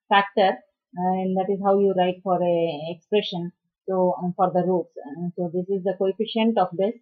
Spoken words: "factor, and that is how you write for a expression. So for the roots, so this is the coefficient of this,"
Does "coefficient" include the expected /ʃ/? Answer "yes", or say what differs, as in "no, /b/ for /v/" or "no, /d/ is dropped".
yes